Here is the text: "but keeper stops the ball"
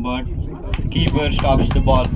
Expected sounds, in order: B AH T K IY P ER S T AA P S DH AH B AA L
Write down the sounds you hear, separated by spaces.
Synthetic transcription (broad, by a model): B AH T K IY B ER S T AA P S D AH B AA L